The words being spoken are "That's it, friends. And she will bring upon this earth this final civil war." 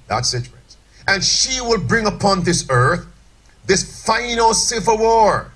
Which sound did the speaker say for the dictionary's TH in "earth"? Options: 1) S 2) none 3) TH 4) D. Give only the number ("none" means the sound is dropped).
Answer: 3